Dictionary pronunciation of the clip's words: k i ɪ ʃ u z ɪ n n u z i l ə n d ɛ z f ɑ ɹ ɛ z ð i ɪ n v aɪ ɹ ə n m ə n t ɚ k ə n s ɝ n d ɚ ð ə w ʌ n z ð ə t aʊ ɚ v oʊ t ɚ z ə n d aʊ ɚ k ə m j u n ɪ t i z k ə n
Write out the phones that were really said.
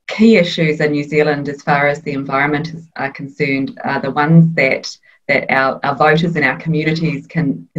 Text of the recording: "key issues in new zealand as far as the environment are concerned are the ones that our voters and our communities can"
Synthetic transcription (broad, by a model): k i ɪ ʃ u z ɪ n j u z i l ə n d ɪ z f ɑ ɹ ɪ z ð i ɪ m v aɪ ɹ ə n m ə n t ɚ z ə n s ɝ n d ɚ ð ə w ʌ n z ð ə t aʊ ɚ v oʊ t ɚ z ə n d aʊ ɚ k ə m j u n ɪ t i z k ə n